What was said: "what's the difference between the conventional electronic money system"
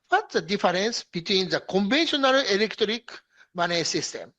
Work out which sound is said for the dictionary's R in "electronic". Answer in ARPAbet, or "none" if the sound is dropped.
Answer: none